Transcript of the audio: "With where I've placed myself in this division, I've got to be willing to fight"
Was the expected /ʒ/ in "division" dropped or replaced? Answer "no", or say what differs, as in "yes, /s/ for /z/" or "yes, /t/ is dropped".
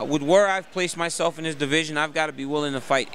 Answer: no